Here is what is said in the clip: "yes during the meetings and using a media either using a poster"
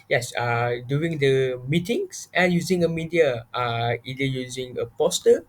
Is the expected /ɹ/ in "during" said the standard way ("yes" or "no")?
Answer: no